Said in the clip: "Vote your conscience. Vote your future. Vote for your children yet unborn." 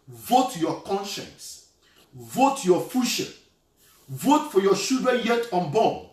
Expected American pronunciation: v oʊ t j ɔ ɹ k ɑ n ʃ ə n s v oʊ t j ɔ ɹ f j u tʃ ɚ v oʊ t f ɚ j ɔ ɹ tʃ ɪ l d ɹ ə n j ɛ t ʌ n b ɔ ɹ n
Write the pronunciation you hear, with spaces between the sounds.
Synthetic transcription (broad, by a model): v oʊ t j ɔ k ɑ n ʃ ə n s v oʊ t j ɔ f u ʃ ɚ v oʊ t f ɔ j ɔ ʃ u d ə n j ɛ t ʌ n b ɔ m